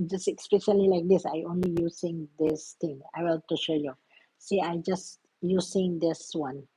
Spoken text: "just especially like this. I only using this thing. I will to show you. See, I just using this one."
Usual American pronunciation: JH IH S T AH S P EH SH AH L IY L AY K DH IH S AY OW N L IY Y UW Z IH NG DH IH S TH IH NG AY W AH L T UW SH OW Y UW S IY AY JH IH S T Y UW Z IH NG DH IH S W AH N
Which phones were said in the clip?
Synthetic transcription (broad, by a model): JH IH S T AH S P EH SH AH L IY L AY K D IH S AY OW N L IY Y UW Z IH NG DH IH S T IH NG AY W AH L T UW SH OW Y UW S IY AY JH IH S T Y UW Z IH NG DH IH S W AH N